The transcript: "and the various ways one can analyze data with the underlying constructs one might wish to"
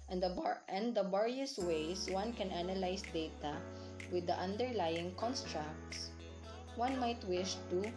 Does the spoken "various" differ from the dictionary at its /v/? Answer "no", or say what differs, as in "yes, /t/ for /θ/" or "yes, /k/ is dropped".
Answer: yes, /b/ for /v/